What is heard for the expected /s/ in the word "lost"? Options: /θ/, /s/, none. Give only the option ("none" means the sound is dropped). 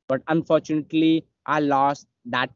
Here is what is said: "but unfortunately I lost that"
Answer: /s/